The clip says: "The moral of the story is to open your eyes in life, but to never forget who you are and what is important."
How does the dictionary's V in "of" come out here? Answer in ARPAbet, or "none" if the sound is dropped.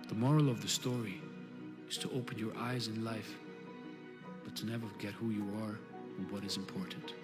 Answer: V